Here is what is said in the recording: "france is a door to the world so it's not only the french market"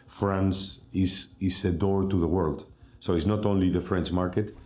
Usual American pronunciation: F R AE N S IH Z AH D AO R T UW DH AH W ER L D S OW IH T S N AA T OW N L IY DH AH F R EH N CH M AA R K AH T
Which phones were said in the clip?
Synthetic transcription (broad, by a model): F R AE N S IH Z AH D AO R T UW DH AH W ER L D S OW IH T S N AA T OW N L IY DH AH F R EH N CH M AA R K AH T